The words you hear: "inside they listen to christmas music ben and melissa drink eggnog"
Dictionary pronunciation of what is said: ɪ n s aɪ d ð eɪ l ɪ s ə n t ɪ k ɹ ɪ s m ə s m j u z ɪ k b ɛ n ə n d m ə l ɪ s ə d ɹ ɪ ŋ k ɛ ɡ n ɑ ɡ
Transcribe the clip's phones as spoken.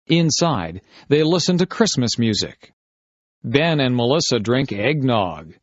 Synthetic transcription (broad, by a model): ɪ n s aɪ d ð eɪ l ɪ s ə n t ɪ k ɹ ɪ s m ə s m j u z ɪ k b ɛ n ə n m ə l ɪ s ə d ɹ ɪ ŋ k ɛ ɡ n ɑ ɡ